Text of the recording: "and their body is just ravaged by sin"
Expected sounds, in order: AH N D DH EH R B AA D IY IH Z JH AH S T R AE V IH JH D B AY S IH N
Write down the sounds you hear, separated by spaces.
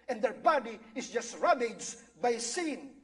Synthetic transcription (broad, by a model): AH N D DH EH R B AA D IY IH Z JH AH S T R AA B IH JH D B AY S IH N